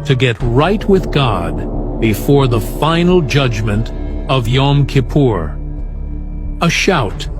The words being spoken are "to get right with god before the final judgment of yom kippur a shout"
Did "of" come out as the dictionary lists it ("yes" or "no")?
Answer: yes